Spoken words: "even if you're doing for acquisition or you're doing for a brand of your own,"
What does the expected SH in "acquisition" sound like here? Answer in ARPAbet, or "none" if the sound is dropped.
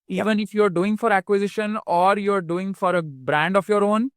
SH